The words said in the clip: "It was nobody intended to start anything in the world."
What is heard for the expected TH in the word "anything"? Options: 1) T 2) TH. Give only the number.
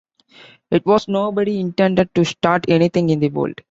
1